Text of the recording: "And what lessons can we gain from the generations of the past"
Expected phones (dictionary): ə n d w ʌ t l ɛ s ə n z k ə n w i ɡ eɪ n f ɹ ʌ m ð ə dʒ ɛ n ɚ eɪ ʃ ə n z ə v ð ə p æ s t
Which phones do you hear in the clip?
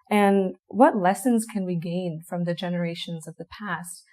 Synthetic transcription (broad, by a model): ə n w ʌ t l ɛ s ə n z k ə n w i ɡ eɪ n f ɹ ʌ m ð ə dʒ ɛ n ɚ eɪ ʃ ə n z ə v ð ə p æ s t